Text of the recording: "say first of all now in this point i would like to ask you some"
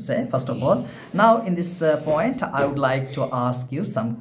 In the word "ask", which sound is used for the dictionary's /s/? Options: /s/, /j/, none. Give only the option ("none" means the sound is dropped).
/s/